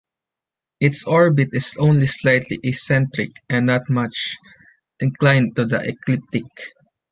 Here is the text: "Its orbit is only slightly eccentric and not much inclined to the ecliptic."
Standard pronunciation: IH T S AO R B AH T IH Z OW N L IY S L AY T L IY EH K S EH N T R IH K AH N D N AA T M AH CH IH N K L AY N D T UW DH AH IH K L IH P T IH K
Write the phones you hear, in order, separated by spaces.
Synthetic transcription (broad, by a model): IH T S AO R B AH T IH S OW N L IY S L AY T L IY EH S EH N T R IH K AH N N AA T M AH CH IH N K L AY N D T UW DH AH IH K L IH P T IH K